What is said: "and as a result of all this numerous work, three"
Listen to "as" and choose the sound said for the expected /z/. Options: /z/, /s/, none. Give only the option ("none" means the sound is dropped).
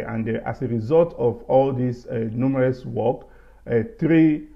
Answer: /s/